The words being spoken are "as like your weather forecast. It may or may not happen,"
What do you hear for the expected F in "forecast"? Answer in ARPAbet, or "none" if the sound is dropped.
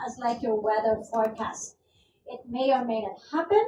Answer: P